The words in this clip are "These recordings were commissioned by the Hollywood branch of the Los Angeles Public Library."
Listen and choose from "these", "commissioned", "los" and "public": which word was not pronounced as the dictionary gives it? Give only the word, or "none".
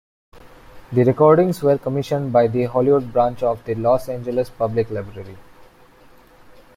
these